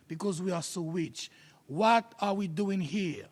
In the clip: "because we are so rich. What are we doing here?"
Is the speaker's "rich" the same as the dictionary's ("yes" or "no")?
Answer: no